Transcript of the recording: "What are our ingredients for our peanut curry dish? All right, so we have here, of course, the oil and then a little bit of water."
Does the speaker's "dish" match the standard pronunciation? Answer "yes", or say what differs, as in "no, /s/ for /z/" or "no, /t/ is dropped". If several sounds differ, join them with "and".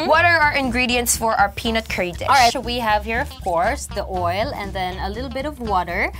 no, /ʃ/ is dropped